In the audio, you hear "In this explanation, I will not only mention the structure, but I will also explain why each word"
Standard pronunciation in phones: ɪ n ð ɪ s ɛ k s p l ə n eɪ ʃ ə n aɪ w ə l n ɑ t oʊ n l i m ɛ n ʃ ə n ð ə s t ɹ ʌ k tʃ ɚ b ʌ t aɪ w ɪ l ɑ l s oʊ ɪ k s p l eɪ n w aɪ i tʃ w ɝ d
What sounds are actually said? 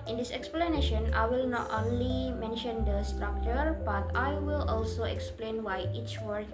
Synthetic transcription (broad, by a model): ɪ n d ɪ s ɛ k s p l ə n eɪ ʃ ə n aɪ w ə l n ɑ t oʊ n l i m ɛ n ʃ ə n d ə s t ɹ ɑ k tʃ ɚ b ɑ t aɪ w ɪ l ɑ l s oʊ ɪ k s p l eɪ n w aɪ i tʃ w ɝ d